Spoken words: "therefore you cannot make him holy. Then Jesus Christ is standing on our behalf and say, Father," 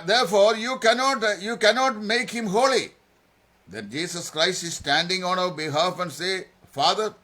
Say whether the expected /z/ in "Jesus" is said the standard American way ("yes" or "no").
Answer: no